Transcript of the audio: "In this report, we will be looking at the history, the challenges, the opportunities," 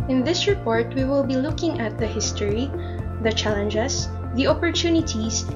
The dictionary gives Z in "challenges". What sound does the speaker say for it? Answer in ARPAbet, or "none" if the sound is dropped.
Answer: S